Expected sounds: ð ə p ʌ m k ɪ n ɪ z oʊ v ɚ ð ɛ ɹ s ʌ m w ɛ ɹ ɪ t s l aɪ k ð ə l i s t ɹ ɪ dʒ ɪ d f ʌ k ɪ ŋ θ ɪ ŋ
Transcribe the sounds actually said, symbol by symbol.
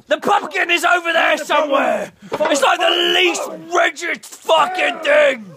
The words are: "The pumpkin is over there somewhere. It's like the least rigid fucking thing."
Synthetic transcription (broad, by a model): ð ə p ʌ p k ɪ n ɪ z oʊ v ɚ ð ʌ ɹ s ʌ m w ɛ ɪ t s l aɪ k ð ə l i s t ɹ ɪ tʃ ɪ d f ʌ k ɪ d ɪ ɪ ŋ